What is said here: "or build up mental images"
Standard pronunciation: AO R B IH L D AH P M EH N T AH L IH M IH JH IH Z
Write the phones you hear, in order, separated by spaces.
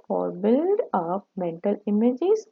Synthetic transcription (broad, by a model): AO R B IH L D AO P M EH N T AH L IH M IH JH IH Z